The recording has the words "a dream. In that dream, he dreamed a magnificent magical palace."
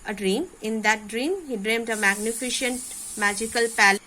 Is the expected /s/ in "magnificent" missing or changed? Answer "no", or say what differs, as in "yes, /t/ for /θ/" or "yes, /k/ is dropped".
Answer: yes, /ʃ/ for /s/